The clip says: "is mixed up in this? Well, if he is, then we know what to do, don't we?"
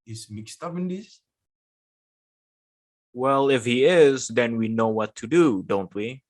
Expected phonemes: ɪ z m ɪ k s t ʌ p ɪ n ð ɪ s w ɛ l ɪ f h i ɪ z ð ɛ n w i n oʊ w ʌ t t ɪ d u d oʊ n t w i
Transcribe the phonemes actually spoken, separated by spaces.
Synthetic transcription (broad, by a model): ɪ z m ɪ k s t ʌ p ɪ n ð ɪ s w ɛ l ɪ f h i ɪ z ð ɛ n w i n oʊ w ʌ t t ɪ d u d oʊ n t w i